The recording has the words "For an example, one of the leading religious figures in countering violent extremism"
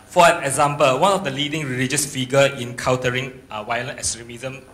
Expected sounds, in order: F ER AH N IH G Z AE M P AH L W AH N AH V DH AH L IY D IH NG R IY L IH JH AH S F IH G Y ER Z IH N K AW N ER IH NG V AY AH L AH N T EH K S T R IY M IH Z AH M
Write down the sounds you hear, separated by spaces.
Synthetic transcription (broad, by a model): F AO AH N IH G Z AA M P AH L W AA N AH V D AH L IY D IH NG R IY L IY JH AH S F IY G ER IH N K AW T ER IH NG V AY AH L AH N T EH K S T R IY M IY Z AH M